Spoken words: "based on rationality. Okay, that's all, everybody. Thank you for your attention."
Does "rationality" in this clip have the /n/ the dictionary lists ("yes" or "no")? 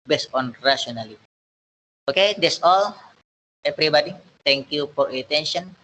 no